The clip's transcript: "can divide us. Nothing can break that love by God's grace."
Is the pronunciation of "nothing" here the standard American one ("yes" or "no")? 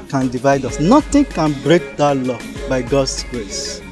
no